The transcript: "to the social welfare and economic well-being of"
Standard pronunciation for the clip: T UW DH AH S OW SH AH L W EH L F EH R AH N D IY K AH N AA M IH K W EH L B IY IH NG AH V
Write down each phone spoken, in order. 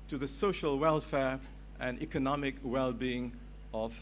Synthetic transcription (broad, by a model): T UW DH AH S OW SH AH L W EH L F EH R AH N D IY K AH N AA M IH K W EH L B IY IH NG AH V